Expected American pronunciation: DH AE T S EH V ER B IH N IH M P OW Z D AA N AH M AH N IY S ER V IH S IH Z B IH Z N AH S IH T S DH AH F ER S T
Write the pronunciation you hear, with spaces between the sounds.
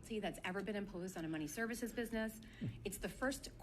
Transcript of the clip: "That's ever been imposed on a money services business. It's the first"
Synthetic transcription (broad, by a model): DH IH T S EH V ER B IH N IH M P OW Z D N AH M AH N IY S ER V IH S IH Z B IH Z N AH S IH T S DH AH F ER S T